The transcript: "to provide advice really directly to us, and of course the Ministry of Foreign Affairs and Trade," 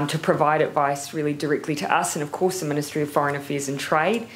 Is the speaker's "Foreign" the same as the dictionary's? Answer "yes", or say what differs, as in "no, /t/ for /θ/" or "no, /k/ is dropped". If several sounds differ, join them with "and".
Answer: yes